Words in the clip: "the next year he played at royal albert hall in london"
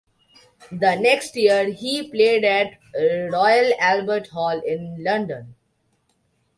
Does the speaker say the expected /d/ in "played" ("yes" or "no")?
yes